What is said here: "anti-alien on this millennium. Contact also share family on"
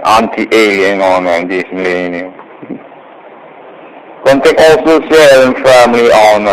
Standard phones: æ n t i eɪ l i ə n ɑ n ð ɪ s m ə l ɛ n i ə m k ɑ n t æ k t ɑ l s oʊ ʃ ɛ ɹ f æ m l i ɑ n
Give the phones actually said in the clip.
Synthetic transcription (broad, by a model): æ n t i eɪ l i ə n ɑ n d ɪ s m ə l ɛ n i ə m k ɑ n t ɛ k ɑ l s oʊ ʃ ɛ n f æ m l i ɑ n